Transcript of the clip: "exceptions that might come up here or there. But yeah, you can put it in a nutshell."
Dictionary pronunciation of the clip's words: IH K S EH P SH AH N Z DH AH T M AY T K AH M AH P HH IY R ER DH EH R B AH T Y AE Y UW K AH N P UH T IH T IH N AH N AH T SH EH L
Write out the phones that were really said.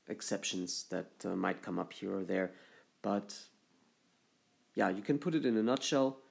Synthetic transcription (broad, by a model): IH K S EH P SH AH N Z DH AH T M AY T K AH M AH P HH IY R ER DH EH R B AH T Y AE Y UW K AH N P UH T IH T IH N AH N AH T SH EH L